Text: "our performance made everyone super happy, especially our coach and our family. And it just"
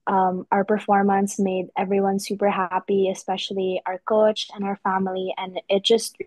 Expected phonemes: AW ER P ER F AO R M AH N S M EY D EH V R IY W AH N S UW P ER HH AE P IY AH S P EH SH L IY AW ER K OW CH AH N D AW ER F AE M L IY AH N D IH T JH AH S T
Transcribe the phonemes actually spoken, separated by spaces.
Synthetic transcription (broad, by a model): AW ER P ER F AO R M AH N S M EY D EH V R IY W AH N S UW P ER HH AE P IY AH S P EH SH L IY AW ER K OW CH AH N AW ER F AE M L IY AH N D IH T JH AH S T